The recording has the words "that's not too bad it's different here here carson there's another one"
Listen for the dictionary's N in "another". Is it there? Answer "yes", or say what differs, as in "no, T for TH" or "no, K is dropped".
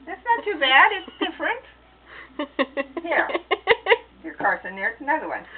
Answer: no, N is dropped